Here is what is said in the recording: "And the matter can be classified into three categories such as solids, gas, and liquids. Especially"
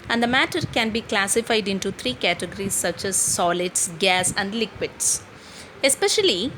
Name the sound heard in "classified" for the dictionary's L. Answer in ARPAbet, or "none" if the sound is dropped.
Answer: L